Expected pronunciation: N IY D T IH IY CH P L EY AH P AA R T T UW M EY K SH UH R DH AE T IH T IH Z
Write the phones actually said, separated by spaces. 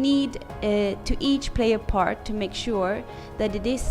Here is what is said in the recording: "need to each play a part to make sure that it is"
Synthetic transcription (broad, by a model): N IY D T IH IY CH P L EY AH P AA R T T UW M EY K SH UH R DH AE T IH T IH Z